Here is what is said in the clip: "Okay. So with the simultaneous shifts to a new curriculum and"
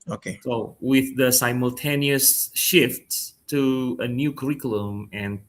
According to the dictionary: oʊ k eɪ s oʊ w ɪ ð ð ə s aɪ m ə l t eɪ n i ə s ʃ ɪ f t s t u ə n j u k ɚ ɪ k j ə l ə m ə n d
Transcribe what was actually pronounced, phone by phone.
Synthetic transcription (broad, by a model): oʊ k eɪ s oʊ w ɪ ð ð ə s aɪ m ə l t eɪ n i ə s ʃ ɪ f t t u ə n j u k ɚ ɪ k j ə l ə m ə n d